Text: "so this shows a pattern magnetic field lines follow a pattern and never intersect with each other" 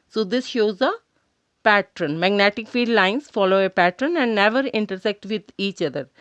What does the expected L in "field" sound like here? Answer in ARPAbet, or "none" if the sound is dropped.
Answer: none